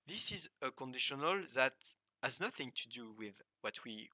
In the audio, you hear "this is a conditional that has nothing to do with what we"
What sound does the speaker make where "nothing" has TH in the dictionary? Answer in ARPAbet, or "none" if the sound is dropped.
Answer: TH